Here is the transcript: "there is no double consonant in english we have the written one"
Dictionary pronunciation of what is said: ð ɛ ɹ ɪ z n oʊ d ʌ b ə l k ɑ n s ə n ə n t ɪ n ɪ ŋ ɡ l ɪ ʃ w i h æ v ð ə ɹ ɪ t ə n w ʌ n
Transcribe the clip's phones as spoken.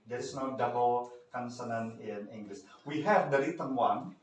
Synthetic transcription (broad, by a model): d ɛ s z n oʊ d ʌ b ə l k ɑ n s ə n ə n ɪ n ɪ ŋ ɡ l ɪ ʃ w i h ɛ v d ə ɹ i t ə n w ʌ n